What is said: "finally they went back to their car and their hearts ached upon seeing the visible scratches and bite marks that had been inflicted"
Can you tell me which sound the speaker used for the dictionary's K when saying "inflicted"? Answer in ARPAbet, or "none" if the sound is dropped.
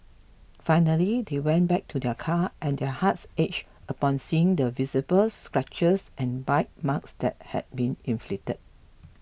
none